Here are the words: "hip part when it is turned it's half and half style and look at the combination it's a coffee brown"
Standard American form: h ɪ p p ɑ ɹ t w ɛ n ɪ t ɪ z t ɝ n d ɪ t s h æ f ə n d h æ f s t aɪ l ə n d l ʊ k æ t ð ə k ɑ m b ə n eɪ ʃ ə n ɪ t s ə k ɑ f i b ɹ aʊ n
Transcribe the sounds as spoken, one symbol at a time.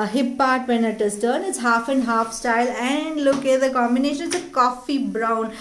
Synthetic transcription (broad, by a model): h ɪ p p ɑ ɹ t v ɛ n ɪ t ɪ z t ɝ n ɪ t s h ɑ f ə n d h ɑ f s t aɪ l ə n d l ʊ k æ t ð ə k ɑ m b ə n eɪ ʃ ə n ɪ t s ə k ɑ f i b ɹ aʊ n